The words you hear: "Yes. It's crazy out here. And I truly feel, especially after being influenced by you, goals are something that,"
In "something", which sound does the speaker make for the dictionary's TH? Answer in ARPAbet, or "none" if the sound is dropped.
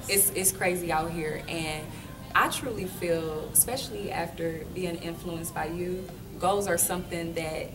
TH